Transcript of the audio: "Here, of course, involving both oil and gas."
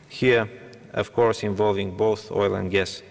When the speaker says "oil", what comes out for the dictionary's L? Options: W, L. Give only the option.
L